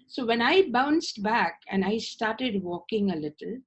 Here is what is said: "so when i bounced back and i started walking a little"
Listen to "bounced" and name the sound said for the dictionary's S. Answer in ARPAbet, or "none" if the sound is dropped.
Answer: S